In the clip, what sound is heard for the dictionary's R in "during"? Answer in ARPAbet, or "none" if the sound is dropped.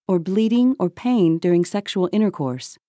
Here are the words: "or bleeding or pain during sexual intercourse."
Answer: R